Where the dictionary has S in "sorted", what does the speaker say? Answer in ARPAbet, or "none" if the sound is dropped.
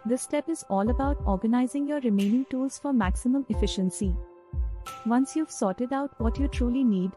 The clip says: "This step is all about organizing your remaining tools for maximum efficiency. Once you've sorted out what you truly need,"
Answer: S